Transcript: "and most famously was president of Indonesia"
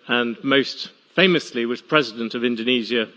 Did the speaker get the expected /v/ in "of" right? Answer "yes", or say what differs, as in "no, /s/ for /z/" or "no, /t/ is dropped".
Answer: yes